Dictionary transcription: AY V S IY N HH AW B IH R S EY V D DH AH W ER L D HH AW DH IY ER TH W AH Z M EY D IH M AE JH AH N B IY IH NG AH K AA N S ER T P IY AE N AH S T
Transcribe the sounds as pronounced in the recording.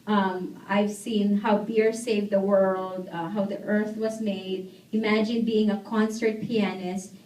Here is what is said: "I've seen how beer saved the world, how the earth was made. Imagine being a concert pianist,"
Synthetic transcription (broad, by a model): AY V S IY N HH AW B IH R S EY V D DH AH W ER L D HH AW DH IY ER TH W AH Z M EY D IH M AE JH AH N B IY IH NG AH K AA N S ER T P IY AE N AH S T